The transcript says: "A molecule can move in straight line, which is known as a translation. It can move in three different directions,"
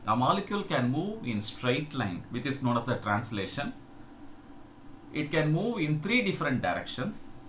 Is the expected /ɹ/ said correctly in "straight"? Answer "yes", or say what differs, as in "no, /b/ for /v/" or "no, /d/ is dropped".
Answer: yes